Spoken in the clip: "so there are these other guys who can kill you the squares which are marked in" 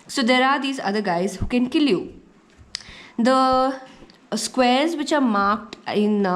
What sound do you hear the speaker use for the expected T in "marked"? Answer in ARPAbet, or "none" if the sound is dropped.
T